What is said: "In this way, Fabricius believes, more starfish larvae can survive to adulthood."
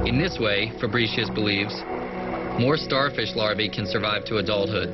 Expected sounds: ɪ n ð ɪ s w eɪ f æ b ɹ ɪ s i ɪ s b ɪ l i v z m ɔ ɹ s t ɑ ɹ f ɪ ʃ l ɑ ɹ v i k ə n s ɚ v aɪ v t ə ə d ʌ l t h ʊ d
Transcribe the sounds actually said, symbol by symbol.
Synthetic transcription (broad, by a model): ɪ n ð ɪ s w eɪ f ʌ b ɹ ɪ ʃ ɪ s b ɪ l i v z m ɔ ɹ s t ɑ ɹ f ɪ ʃ l ɑ ɹ v i k ə n s ɚ v aɪ v t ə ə d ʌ l t h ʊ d